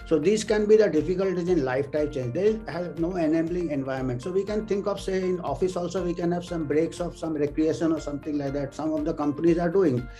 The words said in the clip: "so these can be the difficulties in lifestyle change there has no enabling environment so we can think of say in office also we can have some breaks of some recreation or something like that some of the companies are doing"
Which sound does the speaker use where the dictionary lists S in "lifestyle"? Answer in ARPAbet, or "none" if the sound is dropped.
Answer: none